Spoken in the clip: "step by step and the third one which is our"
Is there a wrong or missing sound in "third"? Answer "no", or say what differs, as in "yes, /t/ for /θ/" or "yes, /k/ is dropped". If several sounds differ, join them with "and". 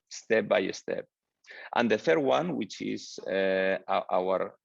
no